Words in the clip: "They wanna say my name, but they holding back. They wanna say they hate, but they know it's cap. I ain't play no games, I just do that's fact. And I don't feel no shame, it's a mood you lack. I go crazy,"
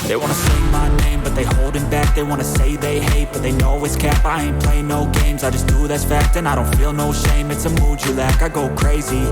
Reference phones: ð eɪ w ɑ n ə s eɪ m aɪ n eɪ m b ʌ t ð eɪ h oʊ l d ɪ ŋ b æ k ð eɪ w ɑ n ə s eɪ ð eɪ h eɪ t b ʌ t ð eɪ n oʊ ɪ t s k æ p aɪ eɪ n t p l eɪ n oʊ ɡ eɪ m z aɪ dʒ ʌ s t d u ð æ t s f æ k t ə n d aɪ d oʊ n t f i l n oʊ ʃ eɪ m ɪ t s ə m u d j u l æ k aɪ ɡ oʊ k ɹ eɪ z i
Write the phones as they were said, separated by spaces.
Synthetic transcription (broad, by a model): ð eɪ w ɑ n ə s eɪ m aɪ n eɪ m b ʌ t ð eɪ h oʊ l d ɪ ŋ b æ k ð eɪ w ɑ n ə s eɪ ð eɪ h eɪ t b ʌ t ð eɪ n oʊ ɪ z k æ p aɪ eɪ n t p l eɪ n oʊ ɡ eɪ m z aɪ dʒ ʌ s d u ð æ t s f æ k t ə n aɪ d oʊ n t f i l n oʊ ʃ eɪ m ɪ t s ə m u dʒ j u l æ k aɪ ɡ oʊ k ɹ eɪ z i